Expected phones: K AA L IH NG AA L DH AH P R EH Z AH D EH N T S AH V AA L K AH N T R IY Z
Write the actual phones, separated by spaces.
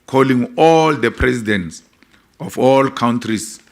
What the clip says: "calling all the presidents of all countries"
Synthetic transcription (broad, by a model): K AA L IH NG AA L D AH P R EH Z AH D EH N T S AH F AA L K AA N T R IY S